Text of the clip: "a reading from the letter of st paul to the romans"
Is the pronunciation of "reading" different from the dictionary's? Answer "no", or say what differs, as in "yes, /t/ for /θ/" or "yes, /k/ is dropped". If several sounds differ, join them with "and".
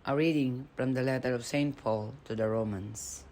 no